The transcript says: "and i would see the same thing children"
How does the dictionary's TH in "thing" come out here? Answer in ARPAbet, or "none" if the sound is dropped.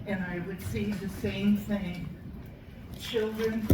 TH